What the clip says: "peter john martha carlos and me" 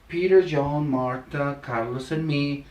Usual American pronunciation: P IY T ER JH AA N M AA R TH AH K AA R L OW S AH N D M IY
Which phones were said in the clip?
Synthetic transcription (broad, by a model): P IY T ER JH AA N M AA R T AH K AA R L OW S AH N M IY